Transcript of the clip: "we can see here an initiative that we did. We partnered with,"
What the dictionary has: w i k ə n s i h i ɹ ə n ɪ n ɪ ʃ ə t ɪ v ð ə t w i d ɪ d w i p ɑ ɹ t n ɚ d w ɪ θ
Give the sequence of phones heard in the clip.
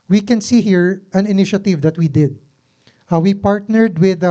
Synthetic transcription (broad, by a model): w i k ə n s i h i ɹ ə n ɪ n ɪ ʃ ə t ɪ v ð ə t w i d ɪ d w i p ɑ ɹ t n ɚ d w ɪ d